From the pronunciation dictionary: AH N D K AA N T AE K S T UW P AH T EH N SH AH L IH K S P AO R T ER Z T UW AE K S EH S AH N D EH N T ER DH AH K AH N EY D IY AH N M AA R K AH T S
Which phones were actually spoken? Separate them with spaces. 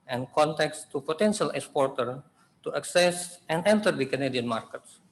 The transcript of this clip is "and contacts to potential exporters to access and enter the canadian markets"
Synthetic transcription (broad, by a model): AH N K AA N T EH K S T UW P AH T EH N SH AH L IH K S P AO R T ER T UW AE K S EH S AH N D EH N T ER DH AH K AH N EY D IY AH N M AA R K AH T S